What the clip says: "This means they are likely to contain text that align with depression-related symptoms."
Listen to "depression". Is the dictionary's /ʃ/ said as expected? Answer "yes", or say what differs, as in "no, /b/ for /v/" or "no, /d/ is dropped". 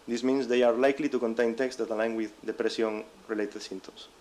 no, /s/ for /ʃ/